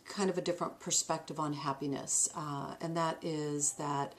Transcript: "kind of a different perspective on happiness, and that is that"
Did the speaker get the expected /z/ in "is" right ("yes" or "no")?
yes